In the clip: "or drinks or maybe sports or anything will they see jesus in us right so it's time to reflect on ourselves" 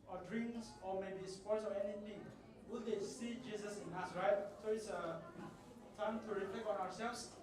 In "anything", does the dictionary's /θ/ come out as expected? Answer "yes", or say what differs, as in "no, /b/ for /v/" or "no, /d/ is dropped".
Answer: no, /t/ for /θ/